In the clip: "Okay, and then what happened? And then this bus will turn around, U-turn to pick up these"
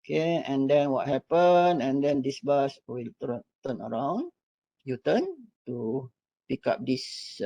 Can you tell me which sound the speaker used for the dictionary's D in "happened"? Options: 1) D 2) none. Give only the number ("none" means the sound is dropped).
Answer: 2